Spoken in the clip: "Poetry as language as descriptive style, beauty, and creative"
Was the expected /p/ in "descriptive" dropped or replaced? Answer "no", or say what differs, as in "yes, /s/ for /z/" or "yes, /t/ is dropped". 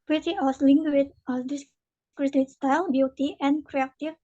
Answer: yes, /p/ is dropped